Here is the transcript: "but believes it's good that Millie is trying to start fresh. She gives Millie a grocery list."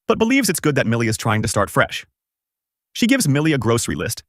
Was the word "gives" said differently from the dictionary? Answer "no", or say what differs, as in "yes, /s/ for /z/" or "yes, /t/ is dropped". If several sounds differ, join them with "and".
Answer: no